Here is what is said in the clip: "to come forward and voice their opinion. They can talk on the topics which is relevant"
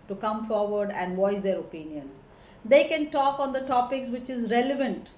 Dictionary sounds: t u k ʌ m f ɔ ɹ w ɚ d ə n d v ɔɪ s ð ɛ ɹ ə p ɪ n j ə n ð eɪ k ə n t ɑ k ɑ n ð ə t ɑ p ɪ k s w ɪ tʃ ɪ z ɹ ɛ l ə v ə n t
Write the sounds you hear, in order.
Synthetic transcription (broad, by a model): t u k ʌ m f ɔ ɹ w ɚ d ə n d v ɔɪ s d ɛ ɹ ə p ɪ n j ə n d eɪ k ə n t ɑ k ɑ n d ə t ɑ p ɪ k s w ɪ tʃ ɪ z ɹ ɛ l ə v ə n t